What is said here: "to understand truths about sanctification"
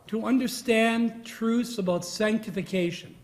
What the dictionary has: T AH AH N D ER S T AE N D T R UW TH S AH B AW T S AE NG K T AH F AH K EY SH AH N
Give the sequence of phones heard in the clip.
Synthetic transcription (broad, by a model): T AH AH N D ER S T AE N T R UW TH S AH B AW T S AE NG K T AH F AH K EY SH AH N